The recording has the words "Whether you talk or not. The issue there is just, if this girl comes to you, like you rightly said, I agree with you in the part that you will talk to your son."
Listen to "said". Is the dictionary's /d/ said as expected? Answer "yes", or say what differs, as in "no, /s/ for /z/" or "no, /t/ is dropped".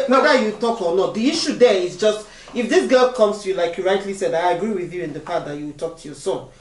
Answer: yes